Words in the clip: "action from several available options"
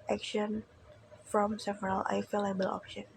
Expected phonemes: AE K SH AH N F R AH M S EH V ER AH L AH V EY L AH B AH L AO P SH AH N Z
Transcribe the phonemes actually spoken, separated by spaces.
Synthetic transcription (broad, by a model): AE K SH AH N F R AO M S EH V ER AH L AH F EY L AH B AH L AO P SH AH N